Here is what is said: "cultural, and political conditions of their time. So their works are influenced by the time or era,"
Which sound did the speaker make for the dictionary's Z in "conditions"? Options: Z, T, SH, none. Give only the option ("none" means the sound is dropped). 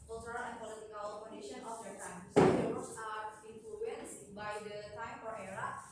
none